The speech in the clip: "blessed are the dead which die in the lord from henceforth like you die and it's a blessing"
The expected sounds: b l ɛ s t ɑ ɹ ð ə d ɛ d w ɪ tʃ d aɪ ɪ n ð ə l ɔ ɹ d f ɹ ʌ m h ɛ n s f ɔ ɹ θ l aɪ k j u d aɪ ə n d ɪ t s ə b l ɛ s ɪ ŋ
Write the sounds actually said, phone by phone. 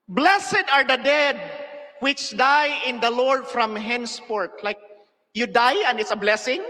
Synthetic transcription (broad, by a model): b l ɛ s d ɑ ɹ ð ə d ɛ d w ɪ tʃ d aɪ ɪ n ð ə l ɔ ɹ d f ɹ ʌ m h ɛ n s p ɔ ɹ t l aɪ k j u d aɪ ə n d ɪ t s ə b l ɛ s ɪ ŋ